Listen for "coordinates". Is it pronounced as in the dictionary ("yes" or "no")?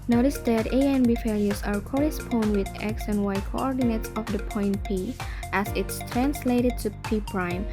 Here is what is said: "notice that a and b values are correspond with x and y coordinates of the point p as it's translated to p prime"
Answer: yes